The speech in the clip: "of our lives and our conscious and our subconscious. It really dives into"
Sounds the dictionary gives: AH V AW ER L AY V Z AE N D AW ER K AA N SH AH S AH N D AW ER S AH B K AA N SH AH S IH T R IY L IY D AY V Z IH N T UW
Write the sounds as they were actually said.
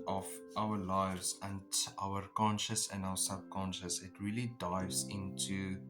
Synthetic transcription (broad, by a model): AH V AW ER L AY V Z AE N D AW ER K AA N SH AH S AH N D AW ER S AH B K AA N SH AH S IH T R IY L IY D AY V Z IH N T UW